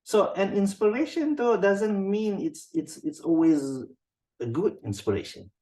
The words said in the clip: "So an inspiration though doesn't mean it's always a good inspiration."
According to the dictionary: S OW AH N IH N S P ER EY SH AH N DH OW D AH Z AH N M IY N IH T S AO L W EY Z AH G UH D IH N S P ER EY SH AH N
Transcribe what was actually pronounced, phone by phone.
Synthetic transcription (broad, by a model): S OW AH N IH N S P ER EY SH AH N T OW D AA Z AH N M IY N IH T S AO L W EY Z AH G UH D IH N S P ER EY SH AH N